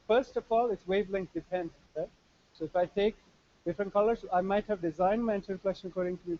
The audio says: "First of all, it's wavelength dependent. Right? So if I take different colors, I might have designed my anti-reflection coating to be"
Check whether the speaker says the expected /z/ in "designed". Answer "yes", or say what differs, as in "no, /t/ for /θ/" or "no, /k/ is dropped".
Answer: yes